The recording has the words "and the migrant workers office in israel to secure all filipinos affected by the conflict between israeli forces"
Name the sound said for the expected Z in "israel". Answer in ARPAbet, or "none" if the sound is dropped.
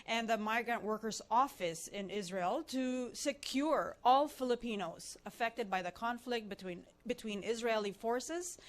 Z